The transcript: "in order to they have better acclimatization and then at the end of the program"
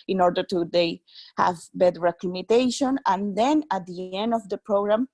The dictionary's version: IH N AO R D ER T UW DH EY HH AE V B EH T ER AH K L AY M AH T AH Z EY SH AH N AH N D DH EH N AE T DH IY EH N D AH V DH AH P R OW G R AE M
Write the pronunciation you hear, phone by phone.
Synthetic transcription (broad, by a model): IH N AO R D ER T UW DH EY HH AE V B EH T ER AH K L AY M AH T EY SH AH N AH N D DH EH N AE T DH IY EH N D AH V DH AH P R OW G R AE M